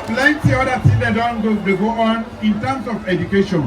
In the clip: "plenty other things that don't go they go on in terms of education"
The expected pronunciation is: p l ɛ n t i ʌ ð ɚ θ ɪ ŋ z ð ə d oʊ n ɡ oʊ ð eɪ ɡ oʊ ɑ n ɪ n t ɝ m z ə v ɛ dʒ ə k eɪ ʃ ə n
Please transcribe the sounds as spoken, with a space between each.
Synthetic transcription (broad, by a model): p l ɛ n t i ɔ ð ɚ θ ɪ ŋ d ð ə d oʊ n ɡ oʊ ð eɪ ɡ oʊ ɑ n ɪ n t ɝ m s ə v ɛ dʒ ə k eɪ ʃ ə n